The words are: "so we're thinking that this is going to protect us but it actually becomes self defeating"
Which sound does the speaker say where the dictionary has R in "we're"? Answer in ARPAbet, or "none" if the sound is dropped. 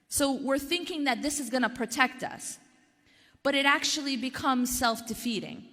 R